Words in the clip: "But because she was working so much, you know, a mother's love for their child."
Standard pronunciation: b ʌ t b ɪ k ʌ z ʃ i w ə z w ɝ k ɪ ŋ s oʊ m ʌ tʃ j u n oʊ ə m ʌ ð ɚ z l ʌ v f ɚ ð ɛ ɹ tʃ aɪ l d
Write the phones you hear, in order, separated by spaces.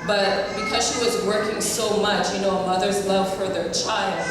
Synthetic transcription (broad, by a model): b ʌ t b ɪ k ʌ z ʃ i w ə z w ɝ k ɪ ŋ s oʊ m ʌ tʃ j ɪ n oʊ ə m ʌ ð ɚ z l ʌ v f ɚ ð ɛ ɹ tʃ aɪ l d